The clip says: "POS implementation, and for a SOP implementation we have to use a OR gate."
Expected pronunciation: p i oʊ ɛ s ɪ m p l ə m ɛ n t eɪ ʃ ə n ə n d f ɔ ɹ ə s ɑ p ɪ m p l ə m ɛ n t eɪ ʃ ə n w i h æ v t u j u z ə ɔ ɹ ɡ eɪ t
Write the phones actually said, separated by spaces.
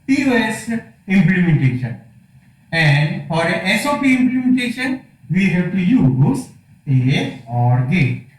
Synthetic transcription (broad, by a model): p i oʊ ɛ s ɪ m p l ə m ɛ n t eɪ ʃ ə n ə n d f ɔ ɹ ə s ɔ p ɪ m p l ə m ɛ n t eɪ ʃ ə n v i h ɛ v t u j u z ə ɔ ɹ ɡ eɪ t